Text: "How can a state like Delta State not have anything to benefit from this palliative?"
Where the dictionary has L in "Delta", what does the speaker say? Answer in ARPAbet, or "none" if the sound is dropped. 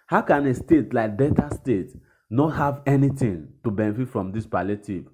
none